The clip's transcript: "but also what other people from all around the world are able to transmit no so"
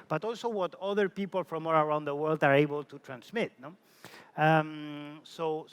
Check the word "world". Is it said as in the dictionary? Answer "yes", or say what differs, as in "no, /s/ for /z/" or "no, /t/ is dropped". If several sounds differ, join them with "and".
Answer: yes